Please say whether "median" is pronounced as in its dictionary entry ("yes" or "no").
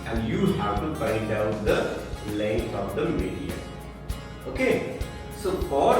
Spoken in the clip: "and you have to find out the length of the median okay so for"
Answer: no